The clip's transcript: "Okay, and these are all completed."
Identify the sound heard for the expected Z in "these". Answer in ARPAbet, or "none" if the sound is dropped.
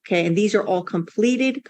Z